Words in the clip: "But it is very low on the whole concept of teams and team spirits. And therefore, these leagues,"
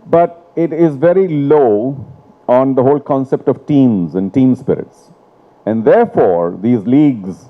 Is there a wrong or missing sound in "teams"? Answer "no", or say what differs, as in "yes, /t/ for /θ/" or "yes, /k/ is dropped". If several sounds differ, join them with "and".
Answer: no